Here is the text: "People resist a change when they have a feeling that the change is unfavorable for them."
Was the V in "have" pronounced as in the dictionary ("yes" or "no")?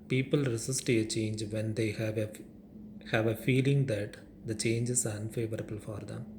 yes